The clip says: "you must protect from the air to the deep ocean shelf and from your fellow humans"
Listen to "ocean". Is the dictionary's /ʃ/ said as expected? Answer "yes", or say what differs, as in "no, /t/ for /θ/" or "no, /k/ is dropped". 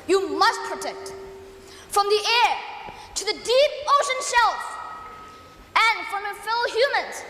yes